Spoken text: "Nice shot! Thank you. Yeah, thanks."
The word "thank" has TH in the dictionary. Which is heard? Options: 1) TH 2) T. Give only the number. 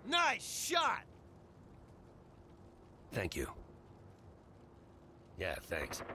1